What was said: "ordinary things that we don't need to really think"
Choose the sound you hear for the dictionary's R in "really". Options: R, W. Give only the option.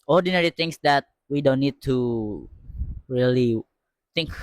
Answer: R